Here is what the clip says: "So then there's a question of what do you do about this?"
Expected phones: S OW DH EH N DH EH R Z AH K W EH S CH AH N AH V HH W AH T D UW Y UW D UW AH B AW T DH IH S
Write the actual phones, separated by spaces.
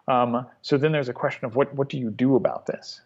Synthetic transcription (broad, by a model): S OW DH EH N DH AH R Z AH K W EH S CH AH N AH V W W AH T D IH Y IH D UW AH B AW T DH IH S